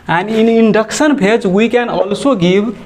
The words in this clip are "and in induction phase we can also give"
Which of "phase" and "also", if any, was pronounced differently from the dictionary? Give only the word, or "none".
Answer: phase